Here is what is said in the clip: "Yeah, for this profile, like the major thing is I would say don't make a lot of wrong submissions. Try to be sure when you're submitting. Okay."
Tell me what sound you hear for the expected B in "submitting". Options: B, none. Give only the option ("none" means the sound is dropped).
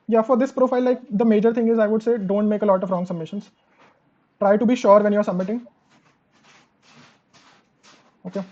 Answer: B